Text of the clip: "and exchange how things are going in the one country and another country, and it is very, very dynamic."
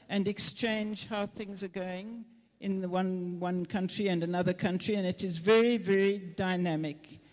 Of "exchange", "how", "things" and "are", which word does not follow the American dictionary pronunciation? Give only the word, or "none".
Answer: none